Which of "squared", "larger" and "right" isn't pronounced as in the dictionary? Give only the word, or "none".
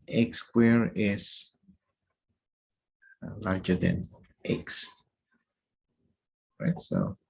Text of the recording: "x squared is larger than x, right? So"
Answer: squared